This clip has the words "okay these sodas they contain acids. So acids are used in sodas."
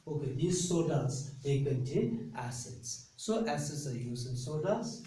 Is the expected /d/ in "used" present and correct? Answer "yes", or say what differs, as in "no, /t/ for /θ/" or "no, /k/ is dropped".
no, /d/ is dropped